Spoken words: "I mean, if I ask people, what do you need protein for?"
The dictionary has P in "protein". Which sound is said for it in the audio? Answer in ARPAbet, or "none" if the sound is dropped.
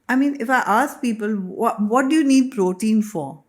P